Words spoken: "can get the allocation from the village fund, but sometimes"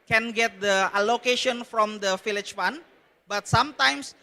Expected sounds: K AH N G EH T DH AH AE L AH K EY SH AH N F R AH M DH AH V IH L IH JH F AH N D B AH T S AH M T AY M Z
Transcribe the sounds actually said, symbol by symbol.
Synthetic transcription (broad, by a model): K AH N G EH T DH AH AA L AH K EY SH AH N F R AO M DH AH F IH L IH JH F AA N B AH T S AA M T AY M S